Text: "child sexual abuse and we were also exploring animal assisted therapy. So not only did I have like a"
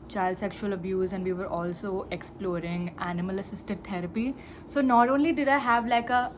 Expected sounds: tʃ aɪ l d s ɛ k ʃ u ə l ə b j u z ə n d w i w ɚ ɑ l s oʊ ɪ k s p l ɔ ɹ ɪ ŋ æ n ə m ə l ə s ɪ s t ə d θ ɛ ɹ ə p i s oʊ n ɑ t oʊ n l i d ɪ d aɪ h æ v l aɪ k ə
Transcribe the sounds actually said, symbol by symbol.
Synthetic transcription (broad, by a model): tʃ aɪ l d s ɛ k ʃ u ə l ə b j u z ə n d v i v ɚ ɑ l s oʊ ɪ k s p l ɔ ɹ ɪ ŋ æ n ə m ə l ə s ɪ s t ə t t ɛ ɹ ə p i s oʊ n ɑ t oʊ n l i d ɪ d aɪ h æ v l aɪ k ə